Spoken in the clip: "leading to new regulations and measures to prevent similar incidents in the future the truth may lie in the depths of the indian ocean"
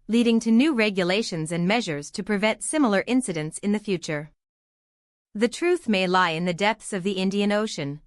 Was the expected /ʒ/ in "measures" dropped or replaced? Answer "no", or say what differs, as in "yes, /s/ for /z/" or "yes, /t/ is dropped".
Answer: no